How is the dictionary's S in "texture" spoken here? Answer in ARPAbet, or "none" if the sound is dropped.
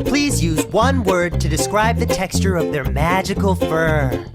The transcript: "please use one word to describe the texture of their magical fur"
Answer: S